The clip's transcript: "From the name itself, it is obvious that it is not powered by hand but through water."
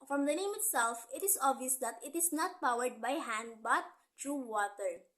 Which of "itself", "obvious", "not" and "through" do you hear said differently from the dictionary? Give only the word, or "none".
through